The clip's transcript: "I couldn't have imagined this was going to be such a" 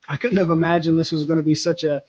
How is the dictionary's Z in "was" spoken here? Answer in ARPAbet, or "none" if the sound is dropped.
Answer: Z